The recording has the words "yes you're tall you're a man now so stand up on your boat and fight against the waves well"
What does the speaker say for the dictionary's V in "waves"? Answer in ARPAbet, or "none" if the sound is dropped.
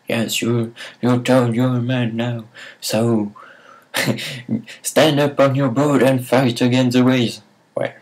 none